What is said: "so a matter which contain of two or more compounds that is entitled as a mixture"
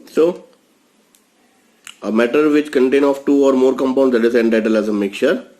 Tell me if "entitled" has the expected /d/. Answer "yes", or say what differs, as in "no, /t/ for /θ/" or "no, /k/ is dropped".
no, /d/ is dropped